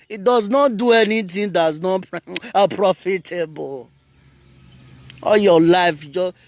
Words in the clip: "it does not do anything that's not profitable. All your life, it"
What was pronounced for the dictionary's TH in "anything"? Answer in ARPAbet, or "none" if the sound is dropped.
T